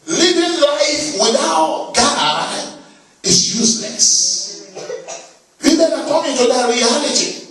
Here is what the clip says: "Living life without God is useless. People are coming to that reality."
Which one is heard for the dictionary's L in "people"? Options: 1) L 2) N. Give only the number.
2